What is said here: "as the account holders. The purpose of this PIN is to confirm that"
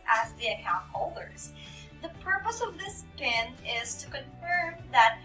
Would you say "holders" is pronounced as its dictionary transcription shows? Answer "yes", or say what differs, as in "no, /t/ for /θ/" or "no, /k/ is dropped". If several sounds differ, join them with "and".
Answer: yes